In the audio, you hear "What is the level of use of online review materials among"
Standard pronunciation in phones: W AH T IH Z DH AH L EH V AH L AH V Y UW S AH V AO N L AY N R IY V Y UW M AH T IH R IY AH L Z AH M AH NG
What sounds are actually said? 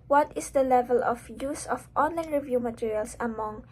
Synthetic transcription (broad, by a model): W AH T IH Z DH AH L EH V AH L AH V Y UW S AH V AO N L AY N R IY V Y UW M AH T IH R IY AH L S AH M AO NG